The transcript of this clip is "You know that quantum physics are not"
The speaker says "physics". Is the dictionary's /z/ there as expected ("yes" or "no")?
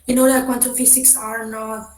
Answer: no